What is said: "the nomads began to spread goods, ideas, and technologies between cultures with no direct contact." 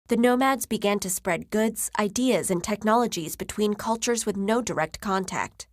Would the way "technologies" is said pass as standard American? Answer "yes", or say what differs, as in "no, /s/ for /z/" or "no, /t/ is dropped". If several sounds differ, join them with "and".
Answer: yes